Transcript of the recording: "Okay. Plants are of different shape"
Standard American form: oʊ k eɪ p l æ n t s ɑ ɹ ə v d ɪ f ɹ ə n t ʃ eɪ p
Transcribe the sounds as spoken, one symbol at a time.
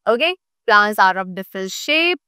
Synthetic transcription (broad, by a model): oʊ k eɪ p l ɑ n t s ɑ ɹ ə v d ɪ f ə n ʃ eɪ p